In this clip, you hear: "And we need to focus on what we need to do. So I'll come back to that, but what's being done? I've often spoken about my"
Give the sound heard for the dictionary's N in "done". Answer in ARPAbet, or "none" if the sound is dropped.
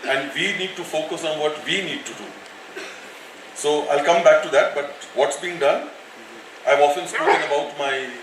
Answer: N